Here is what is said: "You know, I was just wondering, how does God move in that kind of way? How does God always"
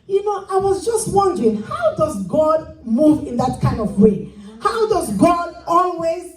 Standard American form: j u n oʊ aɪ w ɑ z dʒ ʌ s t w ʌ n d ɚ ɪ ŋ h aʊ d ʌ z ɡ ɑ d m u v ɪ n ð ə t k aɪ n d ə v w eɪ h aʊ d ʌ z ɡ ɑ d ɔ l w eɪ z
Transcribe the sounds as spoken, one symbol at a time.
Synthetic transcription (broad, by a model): j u n oʊ aɪ w ɑ z dʒ ʌ s t w ʌ n d ɚ ɪ ŋ h aʊ d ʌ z ɡ ɑ d m u v ɪ n ð ə t k aɪ n d ə v w eɪ h aʊ d ʌ z ɡ ɑ d ɔ l w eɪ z